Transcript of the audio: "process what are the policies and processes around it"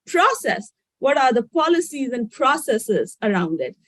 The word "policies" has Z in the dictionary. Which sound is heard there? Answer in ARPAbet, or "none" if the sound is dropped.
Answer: Z